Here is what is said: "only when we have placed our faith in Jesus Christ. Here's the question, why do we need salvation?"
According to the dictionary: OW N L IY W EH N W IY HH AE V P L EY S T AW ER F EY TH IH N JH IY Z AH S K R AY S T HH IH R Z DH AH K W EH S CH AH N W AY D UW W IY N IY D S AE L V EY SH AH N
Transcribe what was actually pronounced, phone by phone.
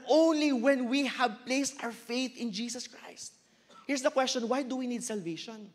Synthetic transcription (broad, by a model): OW N L IY W EH N W IY HH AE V P L EY S T AW ER F EY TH IH N JH IY S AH S K R AY S T HH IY R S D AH K W EH S CH AH N W AY D UW W IY N IY D S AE L V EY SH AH N